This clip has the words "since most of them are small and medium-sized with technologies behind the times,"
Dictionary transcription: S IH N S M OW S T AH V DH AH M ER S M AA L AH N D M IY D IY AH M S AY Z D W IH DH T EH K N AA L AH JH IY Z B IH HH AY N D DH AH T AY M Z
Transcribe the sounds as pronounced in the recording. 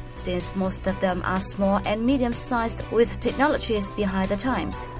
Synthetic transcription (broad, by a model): S IH N S M OW S T AH V DH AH M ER S M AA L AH N M IY D IY AH M S AY Z D W IH DH T EH K N AA L AH JH IY Z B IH HH AY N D DH AH T AY M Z